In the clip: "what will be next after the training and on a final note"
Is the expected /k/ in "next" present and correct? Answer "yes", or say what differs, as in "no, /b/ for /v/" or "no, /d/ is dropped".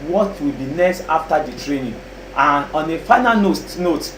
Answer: no, /k/ is dropped